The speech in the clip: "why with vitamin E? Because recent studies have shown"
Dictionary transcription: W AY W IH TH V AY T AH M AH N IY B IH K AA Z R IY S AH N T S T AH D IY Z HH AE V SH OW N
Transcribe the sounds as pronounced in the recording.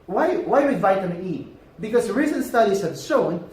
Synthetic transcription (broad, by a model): W AY W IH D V AY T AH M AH IY B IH K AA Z R IY S AH N T S T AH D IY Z HH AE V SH OW N